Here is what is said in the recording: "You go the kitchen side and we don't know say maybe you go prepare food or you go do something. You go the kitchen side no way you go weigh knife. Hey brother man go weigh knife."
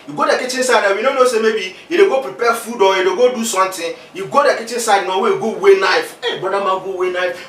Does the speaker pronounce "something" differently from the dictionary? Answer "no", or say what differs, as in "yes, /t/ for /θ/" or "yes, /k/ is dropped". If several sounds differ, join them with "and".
yes, /t/ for /θ/